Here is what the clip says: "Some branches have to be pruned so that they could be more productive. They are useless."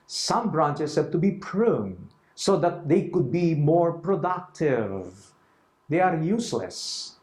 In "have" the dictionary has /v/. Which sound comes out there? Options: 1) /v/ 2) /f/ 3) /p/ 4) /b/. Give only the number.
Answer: 3